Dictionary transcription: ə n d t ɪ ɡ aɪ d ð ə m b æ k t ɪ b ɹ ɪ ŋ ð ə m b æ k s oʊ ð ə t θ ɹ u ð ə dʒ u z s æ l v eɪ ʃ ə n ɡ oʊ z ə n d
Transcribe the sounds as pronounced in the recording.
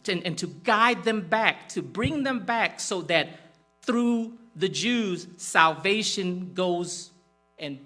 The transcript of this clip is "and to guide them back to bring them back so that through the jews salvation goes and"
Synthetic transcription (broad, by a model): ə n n t ɪ ɡ aɪ d ð ə m b æ k t ɪ b ɹ ɪ ŋ ð ə m b æ k s oʊ ð ə t θ ɹ u ð ə dʒ u z s æ l v eɪ ʃ ə n ɡ oʊ z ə n